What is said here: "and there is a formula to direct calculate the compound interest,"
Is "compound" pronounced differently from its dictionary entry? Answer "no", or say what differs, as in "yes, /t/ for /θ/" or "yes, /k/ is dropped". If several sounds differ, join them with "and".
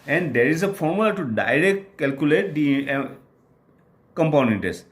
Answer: yes, /d/ is dropped